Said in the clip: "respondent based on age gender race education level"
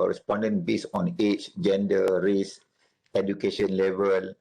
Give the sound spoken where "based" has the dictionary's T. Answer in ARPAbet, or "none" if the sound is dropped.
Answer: none